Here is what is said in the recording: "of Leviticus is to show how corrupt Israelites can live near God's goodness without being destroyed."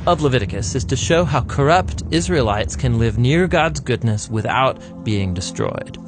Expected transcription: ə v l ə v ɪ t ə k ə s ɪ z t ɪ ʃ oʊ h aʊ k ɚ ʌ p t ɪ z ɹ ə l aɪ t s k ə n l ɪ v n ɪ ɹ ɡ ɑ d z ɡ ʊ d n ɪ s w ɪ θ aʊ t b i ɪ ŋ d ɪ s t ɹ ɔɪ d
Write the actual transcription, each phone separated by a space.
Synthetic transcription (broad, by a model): ə v l ə v ɪ t ə k ə s ɪ z t ɪ ʃ oʊ h aʊ k ɚ ʌ p t ɪ z ɹ ə l aɪ t s k ə n l ɪ v n ɪ ɹ ɡ ɑ d z ɡ ʊ d n ɪ s w ɪ θ aʊ t b i ɪ ŋ d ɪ s t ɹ ɔɪ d